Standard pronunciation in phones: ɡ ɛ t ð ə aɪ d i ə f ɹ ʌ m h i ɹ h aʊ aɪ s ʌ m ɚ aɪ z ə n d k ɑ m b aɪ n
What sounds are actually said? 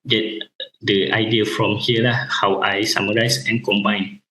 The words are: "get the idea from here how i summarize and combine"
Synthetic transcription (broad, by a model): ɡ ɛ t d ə aɪ d i ə f ɹ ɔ m h i l h aʊ aɪ s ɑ m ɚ aɪ s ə n k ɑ m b aɪ n